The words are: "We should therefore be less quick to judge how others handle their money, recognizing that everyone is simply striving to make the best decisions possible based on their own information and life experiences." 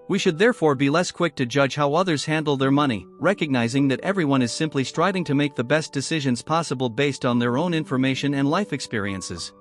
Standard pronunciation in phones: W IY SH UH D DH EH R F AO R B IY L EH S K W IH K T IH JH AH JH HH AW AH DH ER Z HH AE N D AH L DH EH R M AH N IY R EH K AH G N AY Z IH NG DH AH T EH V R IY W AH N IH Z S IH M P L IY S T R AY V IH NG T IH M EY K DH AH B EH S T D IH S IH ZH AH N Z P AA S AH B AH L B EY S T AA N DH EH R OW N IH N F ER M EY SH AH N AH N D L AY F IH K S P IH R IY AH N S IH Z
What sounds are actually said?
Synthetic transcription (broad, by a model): W IY SH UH D DH EH R F AO R B IY L EH S K W IH K T IH JH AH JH HH AW AH DH ER Z HH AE N D L DH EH R M AH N IY R EH K AH G N AY Z IH NG DH AH T EH V R IY W AH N IH Z S IH M P L IY S T R AY V IH NG T IH M EY K DH AH B EH S D IH S IH ZH AH N Z P AA S AH B AH L B EY S T N DH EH R OW N IH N F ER M EY SH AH N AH N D L AY F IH K S P IH R IY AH N S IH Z